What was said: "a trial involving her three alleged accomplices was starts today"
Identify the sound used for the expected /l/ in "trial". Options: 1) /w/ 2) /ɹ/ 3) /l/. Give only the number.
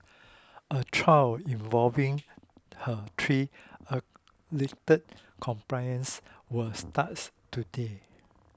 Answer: 1